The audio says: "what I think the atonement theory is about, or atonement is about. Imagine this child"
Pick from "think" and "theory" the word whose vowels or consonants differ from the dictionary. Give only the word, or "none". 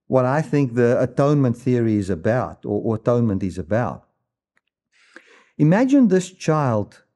none